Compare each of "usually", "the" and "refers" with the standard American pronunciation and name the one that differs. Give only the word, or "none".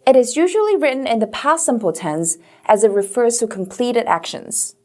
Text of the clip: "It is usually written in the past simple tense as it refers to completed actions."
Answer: none